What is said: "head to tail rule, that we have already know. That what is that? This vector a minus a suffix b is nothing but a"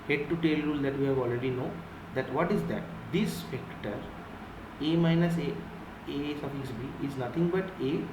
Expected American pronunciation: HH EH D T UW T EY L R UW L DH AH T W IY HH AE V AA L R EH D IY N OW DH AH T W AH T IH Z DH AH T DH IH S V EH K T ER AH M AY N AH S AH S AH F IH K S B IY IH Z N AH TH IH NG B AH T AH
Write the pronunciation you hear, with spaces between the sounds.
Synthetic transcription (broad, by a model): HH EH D T UW T EY L R UW L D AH T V IY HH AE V AA L R EH D IY N OW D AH T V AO T IH Z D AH T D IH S F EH K T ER AH M AY N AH S AH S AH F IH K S B IY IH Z N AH T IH NG B AH T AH